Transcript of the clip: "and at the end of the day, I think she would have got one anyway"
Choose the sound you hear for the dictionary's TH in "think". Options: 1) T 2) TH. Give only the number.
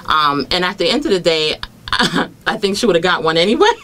2